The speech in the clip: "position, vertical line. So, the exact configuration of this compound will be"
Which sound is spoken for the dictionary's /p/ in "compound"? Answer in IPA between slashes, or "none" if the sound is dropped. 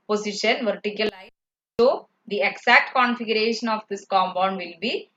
/b/